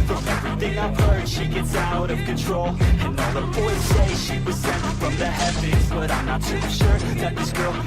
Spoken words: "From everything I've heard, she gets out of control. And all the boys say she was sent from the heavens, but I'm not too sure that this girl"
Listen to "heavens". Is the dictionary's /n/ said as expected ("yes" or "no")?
no